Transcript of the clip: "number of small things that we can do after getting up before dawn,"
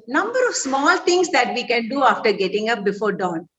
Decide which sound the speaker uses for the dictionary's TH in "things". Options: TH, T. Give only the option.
T